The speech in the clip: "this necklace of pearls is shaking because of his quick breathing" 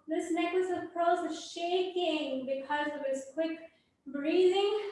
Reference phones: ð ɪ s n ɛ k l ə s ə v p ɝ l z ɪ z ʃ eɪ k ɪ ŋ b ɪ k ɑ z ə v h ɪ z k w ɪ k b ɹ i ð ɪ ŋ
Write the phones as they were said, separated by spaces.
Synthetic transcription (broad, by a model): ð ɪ s n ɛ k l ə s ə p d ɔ z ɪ ʃ eɪ k ɪ ŋ b ɪ k ɑ z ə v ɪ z k w ɪ k b ɹ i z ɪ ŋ